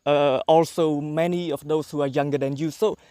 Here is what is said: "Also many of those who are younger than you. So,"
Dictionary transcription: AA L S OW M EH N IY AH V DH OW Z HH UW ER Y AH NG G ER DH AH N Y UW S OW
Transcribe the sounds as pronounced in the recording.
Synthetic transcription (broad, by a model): AA L S OW M EH N IY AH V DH OW S HH UW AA Y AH NG G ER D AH N Y UW S OW